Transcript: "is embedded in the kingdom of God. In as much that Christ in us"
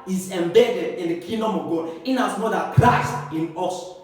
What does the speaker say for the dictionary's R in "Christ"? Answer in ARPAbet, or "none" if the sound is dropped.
L